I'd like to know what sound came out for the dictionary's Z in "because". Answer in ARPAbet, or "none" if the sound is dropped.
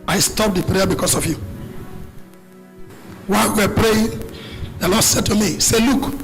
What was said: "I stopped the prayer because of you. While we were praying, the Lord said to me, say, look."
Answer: S